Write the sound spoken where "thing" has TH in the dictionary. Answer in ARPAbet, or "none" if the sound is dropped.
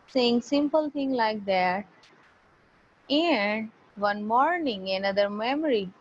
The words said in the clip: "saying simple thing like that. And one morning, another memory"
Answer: T